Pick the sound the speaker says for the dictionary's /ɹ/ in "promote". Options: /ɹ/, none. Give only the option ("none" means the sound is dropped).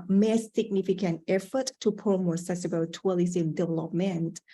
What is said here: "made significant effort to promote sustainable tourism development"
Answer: none